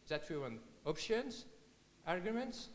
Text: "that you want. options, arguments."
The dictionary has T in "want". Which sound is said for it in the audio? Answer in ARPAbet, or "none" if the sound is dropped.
none